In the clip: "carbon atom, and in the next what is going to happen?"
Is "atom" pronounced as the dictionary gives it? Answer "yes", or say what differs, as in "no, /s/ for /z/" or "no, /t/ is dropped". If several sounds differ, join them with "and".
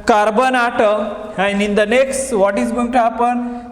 no, /m/ is dropped